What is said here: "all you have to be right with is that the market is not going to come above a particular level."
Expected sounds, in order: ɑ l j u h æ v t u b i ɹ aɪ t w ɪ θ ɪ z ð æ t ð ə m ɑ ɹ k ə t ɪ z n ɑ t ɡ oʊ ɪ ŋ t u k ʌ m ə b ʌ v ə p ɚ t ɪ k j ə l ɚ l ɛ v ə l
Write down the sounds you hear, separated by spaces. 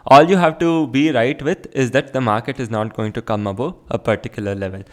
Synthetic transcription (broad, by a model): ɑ l j u h æ v t u b i ɹ aɪ t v ɪ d ɪ z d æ t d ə m ɑ ɹ k ə t ɪ z n ɑ t ɡ oʊ ɪ ŋ t u k ʌ m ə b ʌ p ə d t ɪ k j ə l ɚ l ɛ v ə l